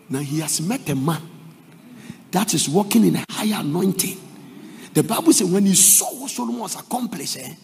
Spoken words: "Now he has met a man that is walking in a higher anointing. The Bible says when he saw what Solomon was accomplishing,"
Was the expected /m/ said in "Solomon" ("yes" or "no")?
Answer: no